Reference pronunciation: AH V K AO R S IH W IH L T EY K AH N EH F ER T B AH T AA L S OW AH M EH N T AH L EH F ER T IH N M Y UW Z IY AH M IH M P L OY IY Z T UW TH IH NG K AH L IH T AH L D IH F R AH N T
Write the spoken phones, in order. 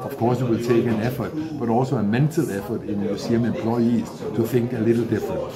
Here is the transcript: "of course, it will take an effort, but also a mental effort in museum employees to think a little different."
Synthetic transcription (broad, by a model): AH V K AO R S IH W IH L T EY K AH N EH F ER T B AH T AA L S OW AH M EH N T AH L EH F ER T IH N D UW S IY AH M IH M P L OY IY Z T UW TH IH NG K AH L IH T L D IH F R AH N